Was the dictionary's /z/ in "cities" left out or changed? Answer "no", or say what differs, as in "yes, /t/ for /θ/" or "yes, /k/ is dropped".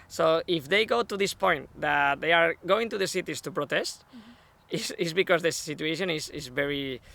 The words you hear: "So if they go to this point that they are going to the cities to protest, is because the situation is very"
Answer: yes, /s/ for /z/